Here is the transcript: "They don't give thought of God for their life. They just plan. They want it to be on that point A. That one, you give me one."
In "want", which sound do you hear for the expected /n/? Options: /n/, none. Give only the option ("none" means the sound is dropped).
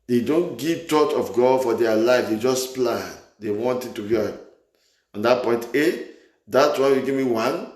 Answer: /n/